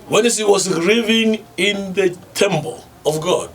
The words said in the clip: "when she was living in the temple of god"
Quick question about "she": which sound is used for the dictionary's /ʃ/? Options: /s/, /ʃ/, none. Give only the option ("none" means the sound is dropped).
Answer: /s/